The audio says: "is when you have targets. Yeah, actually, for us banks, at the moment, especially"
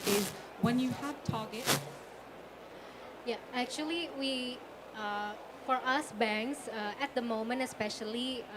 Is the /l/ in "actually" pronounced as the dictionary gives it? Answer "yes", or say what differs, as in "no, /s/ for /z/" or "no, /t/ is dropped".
no, /w/ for /l/